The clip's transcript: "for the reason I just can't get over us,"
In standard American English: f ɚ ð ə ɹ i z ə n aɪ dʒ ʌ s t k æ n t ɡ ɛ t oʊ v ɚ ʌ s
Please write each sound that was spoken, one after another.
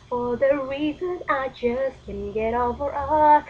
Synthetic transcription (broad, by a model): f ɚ ð ə ɹ i z ə n aɪ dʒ ʌ s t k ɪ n ɡ ɛ t oʊ v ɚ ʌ